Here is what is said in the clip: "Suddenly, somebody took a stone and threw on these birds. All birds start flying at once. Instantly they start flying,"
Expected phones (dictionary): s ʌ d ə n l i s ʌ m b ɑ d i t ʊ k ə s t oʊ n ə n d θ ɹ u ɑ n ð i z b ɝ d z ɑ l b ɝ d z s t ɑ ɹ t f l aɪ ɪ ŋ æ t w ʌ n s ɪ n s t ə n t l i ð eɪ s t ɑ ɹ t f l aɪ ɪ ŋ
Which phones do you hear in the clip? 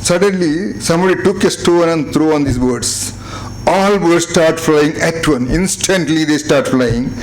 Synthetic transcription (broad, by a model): s ʌ d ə n l i s ʌ m b ɑ d i t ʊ k ə s t oʊ n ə n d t ɹ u ɑ n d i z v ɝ d s ɑ l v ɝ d s t ɑ ɹ t f l aɪ ɪ ŋ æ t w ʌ n ɪ n s t ə n t l i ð eɪ s t ɑ ɹ t f l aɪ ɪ ŋ